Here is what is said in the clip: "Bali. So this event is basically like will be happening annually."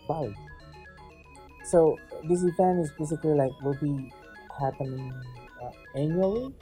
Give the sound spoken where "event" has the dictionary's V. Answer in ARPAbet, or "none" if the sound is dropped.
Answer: F